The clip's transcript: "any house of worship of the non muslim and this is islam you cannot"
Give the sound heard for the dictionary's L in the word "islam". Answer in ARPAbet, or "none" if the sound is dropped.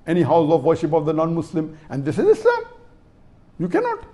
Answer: none